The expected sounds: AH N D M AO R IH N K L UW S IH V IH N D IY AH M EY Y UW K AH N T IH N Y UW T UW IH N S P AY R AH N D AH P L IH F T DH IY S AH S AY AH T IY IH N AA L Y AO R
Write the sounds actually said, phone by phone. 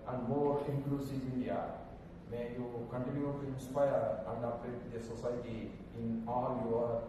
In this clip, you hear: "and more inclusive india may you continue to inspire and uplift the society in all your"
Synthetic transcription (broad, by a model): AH N D M AO R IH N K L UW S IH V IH N D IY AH M EY Y UW K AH N T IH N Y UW T UW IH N S P AY R AH N D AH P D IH T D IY S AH S AY T IY IH N AA L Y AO R